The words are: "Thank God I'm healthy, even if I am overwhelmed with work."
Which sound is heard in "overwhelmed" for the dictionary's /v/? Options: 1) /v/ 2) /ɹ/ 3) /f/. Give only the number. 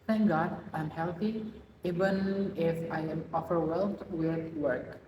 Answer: 3